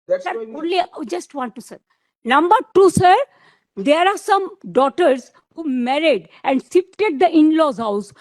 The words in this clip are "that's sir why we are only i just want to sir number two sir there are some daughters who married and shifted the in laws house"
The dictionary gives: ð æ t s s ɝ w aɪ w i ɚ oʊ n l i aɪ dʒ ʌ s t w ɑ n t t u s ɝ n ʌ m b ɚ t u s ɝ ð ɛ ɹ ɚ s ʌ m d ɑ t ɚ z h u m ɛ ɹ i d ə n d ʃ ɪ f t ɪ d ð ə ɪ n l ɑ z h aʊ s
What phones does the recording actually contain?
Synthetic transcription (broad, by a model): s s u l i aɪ dʒ ʌ s t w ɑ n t t u s ɝ n ʌ m b ɚ t u s ɝ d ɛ ɹ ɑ s ʌ m d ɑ t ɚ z h u m ɛ ɹ i d ə n d s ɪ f t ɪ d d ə ɪ n l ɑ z h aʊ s